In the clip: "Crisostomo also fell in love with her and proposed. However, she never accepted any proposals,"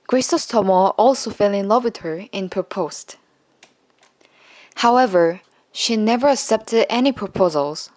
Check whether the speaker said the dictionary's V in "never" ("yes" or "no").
yes